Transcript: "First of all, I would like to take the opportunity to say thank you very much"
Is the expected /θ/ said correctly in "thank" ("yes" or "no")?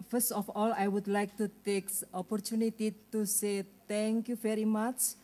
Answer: no